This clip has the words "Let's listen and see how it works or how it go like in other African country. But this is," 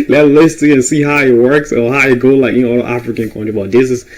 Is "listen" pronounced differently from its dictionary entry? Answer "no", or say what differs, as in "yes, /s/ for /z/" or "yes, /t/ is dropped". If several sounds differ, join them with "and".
yes, /n/ is dropped